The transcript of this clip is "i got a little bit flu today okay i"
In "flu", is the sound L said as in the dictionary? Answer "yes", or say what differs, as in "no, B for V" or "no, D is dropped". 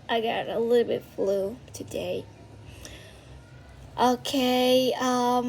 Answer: yes